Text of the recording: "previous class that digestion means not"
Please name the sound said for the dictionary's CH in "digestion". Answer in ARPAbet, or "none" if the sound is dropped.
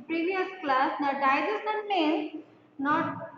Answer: none